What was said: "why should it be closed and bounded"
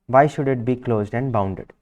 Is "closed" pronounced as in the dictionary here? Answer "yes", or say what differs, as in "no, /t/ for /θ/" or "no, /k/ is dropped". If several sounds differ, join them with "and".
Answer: yes